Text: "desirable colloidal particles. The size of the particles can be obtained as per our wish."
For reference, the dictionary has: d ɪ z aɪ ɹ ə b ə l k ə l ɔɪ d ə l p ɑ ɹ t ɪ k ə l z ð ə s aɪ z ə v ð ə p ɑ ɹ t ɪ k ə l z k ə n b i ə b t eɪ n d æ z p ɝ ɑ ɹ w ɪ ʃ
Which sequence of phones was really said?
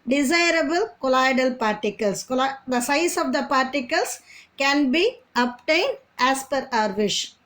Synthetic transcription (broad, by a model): d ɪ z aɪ ɹ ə b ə l k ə l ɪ d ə l p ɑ ɹ t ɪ k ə l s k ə s aɪ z ə v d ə p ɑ ɹ t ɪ k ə l s k ə n b i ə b t eɪ n d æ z p ɝ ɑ ɹ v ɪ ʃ